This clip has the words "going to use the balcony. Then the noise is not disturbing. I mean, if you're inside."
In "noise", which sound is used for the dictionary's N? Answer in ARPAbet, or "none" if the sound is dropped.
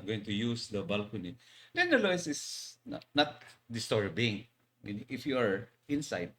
L